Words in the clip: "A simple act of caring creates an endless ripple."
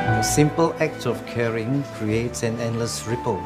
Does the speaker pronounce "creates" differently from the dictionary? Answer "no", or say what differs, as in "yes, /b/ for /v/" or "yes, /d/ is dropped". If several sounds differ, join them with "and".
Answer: no